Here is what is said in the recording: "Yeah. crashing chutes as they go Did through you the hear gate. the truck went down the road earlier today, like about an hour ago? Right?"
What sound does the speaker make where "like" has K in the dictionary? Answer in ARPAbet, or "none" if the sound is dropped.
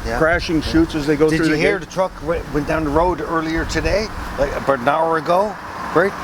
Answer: none